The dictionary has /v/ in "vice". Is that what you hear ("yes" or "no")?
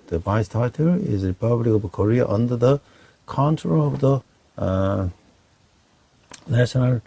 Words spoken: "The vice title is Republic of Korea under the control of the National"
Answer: no